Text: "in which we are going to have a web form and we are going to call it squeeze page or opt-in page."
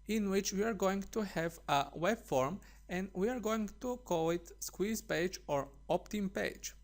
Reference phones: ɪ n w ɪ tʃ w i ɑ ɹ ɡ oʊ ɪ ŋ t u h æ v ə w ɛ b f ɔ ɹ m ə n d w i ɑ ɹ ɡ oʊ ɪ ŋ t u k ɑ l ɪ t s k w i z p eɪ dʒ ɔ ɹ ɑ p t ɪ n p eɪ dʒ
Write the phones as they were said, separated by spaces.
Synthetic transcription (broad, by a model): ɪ n w ɪ tʃ w i ɑ ɹ ɡ oʊ ɪ ŋ t u h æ v ə w ɛ b f ɔ ɹ m ə n d w i ɑ ɹ ɡ oʊ ɪ ŋ t u k ɑ l ɪ t s k w i z p eɪ dʒ ɔ ɹ ɑ p t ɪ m p eɪ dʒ